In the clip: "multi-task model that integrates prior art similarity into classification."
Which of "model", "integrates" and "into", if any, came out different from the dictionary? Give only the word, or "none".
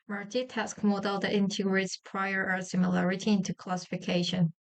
none